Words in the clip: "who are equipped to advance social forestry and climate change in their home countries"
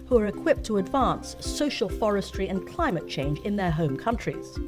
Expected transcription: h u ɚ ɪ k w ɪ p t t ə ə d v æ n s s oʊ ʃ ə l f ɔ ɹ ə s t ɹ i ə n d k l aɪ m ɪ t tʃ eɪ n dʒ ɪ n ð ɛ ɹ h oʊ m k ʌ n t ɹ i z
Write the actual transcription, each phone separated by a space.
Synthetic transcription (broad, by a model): h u ɚ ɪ k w ɪ p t t ə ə d v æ n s s oʊ ʃ ə l f ɔ ɹ ə s t ɹ i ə n k l aɪ m ɪ t tʃ eɪ n dʒ ɪ n ð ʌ ɹ h oʊ m k ʌ n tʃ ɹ i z